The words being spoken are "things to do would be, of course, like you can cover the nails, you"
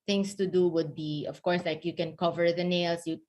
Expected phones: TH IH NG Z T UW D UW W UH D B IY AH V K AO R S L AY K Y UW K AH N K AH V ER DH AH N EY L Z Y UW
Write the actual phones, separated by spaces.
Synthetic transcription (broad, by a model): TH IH NG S T UW D UW W UH D B IY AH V K AO R S L AY K Y UW K AH N K AH V ER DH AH N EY L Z Y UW